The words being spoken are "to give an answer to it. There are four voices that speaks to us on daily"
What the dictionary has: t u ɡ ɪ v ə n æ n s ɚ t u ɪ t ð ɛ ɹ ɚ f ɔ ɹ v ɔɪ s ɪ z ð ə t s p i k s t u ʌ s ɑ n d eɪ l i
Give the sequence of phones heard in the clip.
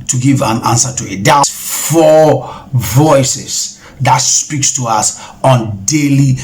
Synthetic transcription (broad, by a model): t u ɡ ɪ v ə n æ n s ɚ t u ɪ t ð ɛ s f ɔ v ɔɪ s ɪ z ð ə t s p i k s t u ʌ s ɑ n d eɪ l i